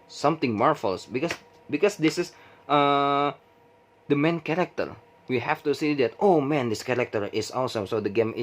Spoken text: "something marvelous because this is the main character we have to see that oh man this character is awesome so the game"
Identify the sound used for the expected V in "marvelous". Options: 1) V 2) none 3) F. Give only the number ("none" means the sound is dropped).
3